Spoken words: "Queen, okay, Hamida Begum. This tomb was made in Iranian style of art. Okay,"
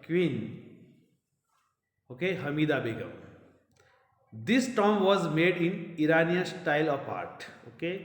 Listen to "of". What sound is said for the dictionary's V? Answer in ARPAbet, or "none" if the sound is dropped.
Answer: P